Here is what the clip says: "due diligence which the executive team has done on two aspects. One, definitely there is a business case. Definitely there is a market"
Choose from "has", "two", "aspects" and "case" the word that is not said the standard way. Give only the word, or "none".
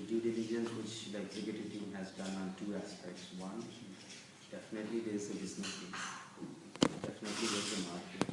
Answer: case